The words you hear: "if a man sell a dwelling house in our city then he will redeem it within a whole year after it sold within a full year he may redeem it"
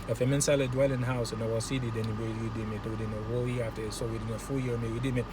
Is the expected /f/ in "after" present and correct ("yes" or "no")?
no